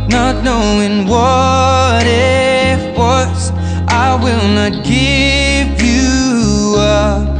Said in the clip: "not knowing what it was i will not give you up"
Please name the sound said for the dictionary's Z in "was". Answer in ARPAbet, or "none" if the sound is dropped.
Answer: S